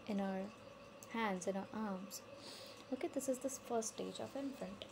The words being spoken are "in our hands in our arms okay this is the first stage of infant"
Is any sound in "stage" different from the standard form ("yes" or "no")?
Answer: no